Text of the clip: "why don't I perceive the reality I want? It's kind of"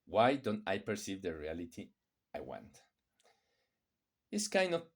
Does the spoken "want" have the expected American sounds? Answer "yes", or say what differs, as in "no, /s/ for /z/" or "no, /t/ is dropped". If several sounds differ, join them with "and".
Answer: yes